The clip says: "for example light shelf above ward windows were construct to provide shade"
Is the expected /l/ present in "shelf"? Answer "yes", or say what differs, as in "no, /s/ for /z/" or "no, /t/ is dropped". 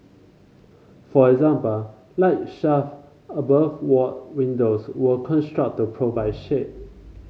no, /l/ is dropped